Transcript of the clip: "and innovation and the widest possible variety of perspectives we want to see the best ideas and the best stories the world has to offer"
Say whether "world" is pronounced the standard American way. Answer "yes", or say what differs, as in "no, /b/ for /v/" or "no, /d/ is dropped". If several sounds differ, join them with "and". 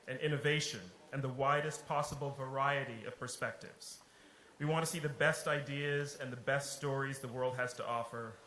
yes